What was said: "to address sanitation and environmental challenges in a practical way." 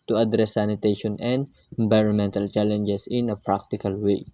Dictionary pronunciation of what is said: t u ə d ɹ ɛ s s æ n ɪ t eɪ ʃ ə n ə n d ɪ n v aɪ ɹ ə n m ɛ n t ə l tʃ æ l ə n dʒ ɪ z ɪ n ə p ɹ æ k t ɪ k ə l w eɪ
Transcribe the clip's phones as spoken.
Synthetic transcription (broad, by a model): t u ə d ɹ ɛ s s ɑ n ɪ t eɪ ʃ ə n ə n d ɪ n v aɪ ɹ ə n m ɛ n t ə l tʃ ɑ l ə n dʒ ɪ s ɪ n ə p ɹ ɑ k t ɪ k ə l w eɪ